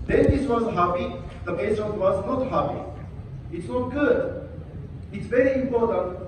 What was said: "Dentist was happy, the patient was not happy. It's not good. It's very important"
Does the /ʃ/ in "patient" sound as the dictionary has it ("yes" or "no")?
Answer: no